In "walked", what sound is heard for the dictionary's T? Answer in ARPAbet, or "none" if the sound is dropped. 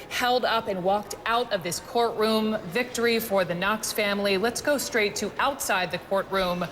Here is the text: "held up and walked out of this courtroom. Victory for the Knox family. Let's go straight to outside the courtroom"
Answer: T